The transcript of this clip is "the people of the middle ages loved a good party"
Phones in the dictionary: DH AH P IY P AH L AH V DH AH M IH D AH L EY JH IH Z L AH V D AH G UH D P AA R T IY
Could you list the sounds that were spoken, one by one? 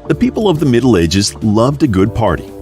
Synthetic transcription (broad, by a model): DH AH P IY P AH L AH V DH AH M IH D L EY JH IH Z L AH V D AH G UH D P AA R T IY